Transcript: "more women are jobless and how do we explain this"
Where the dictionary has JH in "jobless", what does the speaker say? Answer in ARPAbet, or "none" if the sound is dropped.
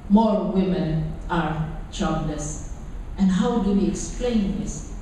CH